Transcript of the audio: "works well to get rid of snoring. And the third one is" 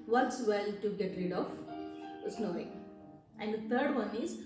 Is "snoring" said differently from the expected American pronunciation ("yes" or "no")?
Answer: yes